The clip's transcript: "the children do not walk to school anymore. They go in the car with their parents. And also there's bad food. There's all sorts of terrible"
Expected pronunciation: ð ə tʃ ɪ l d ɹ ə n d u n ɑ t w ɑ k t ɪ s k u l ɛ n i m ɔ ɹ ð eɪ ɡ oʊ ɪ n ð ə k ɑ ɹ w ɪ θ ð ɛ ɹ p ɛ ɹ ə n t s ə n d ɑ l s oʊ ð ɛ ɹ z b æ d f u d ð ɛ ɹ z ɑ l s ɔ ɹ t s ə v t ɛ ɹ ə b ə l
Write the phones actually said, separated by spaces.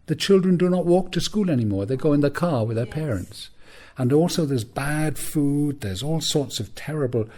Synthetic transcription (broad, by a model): ð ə tʃ ɪ l d ɹ ə n d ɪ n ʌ t w ɑ k t ɪ s k u l ɛ n i m ɔ ɹ ð eɪ ɡ oʊ ɪ n ð ə k ɑ ɹ w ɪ ð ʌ ɹ p ɛ ɹ ə n t s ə n ɑ l s oʊ ð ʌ ɹ z b æ d f u d ð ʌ ɹ z ɑ l s ɔ ɹ t s ə v t ɛ ɹ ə b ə l